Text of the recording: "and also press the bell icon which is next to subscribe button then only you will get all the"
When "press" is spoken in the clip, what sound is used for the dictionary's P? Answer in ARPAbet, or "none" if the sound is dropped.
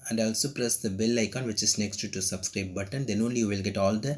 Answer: P